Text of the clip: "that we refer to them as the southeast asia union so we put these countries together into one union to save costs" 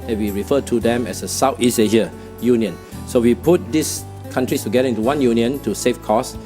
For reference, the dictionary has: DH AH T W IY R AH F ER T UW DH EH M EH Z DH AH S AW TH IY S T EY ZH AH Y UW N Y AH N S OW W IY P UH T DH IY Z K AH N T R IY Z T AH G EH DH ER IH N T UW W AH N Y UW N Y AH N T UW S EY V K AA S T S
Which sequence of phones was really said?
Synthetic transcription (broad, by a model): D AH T W IY R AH F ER T UW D EH M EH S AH S AW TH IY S EY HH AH Y UW N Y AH N S OW W IY P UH T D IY S K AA N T R IY S T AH G EH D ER IH N T UW W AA N Y UW N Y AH N T UW S EY F K AA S S